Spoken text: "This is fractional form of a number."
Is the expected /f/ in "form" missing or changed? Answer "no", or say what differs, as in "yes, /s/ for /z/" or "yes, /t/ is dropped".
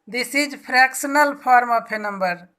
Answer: yes, /p/ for /f/